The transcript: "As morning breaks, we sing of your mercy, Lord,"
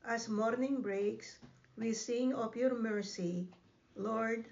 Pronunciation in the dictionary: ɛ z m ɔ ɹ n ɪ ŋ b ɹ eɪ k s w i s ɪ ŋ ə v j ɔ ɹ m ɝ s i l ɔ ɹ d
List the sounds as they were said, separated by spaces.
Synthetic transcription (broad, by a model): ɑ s m ɔ ɹ n ɪ ŋ b ɹ eɪ k s w i s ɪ ŋ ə p j ɔ ɹ m ɝ s i l ɔ ɹ d